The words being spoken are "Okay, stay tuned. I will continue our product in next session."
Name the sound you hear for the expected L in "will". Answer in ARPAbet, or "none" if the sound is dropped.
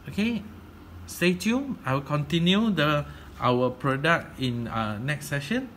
W